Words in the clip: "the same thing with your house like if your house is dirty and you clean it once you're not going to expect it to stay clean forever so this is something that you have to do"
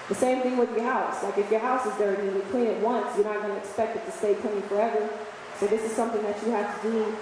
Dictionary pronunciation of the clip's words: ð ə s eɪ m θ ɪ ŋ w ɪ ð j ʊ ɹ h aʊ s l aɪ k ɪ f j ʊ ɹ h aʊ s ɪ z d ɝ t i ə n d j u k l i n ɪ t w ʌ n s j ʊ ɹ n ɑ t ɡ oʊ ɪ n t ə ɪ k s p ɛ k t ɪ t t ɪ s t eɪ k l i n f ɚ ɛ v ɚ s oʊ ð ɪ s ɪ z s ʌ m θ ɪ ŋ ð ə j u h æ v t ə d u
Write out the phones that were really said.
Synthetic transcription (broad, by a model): ð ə s eɪ m θ ɪ ŋ w ɪ ð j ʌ ɹ h aʊ s l aɪ k ɪ f j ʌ ɹ h aʊ s ɪ z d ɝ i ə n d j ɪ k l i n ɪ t w ʌ n s j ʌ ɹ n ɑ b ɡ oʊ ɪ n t ɪ k s p ɛ k t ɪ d t ɪ s t eɪ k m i f ɚ ɛ v ɚ s oʊ ð ɪ s ɪ z s ʌ m θ ɪ ŋ ð ə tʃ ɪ h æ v t ə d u